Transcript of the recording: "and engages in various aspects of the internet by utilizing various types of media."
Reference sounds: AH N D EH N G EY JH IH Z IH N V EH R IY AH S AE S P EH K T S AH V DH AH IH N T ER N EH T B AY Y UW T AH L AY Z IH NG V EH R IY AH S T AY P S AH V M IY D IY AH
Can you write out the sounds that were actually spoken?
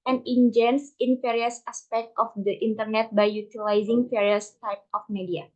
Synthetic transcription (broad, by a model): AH N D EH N JH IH S IH N F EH R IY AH S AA S P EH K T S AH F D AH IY N T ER N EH T B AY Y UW T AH L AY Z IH NG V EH R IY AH S T AY P AH F M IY D IY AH